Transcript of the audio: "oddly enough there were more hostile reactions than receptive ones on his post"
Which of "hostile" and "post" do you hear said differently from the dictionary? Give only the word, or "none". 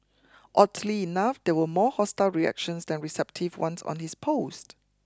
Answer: none